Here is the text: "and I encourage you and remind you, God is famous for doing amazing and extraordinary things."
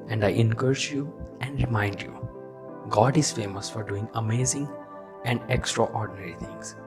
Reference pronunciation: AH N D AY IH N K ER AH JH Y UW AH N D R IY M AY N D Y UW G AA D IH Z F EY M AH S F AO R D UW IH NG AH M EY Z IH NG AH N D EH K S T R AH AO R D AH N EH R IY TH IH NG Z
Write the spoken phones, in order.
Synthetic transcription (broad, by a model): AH N D AY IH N K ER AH CH Y UW AH N D R IY M AY N D Y UW G AA D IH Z F EY M AH S F AO R D UW IH NG AH M EY Z IH NG AH N D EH K S T R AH AO R D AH N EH R IY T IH NG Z